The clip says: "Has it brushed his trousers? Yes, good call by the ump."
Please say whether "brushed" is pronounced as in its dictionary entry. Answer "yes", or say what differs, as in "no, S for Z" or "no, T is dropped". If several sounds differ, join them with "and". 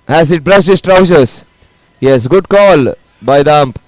no, S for SH